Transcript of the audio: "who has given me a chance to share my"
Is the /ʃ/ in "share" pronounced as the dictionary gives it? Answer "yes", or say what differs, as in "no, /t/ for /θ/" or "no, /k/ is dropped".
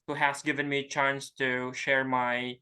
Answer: yes